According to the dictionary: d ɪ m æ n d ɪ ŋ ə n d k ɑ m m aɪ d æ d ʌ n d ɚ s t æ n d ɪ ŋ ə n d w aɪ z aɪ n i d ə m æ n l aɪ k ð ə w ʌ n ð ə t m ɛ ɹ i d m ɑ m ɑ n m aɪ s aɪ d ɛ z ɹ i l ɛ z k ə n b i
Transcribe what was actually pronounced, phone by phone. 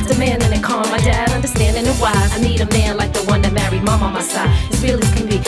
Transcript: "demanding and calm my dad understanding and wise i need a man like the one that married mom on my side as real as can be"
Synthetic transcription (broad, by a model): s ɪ m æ n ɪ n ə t k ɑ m m aɪ d æ d ʌ n d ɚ s t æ n d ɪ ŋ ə w aɪ aɪ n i d ə m æ n l aɪ k ð ə w ʌ n ð ə t m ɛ ɹ i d m ɑ m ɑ m aɪ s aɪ ɪ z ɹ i l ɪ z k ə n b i